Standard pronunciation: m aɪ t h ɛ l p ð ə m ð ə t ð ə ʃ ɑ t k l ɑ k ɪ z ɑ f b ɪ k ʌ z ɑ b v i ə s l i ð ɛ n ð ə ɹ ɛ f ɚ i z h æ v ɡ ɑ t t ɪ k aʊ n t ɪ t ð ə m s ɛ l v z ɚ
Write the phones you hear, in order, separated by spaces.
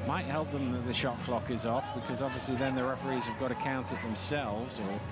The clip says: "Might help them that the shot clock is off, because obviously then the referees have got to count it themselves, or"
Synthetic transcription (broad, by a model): m aɪ t h ɛ l p ð ə m ð ə t ð ə ʃ ɑ k l ɑ k ɪ z ɑ f b ɪ k ʌ z ɑ b v i ə s l i ð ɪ n ð ə ɹ ɛ f ɚ i z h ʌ v ɡ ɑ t t ɪ k aʊ n t ɪ t ð ə m s ɛ l v z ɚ